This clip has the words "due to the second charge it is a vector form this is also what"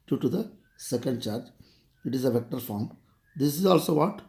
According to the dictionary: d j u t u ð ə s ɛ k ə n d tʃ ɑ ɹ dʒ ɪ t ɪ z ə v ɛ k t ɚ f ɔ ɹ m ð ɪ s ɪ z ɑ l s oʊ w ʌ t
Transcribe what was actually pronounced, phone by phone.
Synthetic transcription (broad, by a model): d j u t u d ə s ɛ k ə n d tʃ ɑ ɹ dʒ ɪ t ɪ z ə v ɛ k t ɚ f ɔ ɹ m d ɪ s ɪ z ɑ l s oʊ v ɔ t